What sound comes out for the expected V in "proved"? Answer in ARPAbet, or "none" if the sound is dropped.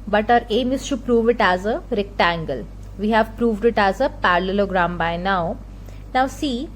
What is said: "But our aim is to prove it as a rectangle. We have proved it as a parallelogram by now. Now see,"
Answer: V